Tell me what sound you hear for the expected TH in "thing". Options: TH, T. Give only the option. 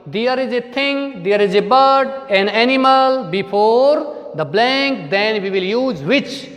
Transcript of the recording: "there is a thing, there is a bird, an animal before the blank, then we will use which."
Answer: T